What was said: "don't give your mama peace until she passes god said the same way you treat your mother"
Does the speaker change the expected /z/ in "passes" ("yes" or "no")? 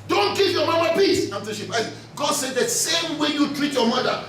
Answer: yes